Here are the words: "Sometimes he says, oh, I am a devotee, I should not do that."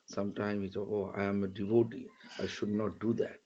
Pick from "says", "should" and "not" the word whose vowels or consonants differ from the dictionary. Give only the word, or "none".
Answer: says